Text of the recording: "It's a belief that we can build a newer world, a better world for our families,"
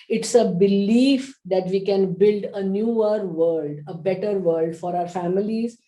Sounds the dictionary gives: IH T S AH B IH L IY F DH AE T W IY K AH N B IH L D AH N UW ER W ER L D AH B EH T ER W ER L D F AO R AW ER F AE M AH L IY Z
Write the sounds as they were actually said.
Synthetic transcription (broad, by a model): IH T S AH B IH L IY F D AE T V IY K AH N B IH L D AH N UW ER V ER L D AH B EH T ER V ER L D F AO R AW ER F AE M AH L IY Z